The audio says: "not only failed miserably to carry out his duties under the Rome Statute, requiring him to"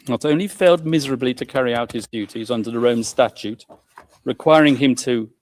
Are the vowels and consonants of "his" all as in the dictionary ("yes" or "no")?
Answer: yes